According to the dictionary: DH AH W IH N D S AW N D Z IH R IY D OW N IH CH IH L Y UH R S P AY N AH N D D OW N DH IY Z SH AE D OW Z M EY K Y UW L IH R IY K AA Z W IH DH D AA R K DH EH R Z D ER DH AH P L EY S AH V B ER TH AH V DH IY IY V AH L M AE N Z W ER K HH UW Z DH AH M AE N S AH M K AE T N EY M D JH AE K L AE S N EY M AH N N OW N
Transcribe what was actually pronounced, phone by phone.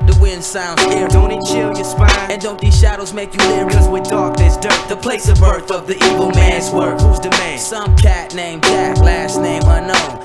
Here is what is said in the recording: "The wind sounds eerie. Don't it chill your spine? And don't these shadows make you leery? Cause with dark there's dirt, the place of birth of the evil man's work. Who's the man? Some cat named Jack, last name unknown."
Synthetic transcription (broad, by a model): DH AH W IH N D S AW N D Z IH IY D OW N IH CH IH L Y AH R S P AY AH N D D OW N DH IY Z SH AE D OW Z M EY K Y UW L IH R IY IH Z W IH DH D AA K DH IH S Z D ER DH AH P L EY S AH V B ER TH AH V DH IY IY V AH L M AE N Z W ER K HH UW Z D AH M AE N S AH M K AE T N EY M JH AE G L AE S N EY M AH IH N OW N